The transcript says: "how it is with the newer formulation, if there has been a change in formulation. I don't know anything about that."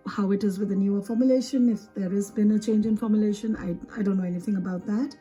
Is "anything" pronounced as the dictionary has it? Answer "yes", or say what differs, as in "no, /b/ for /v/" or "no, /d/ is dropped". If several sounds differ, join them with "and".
yes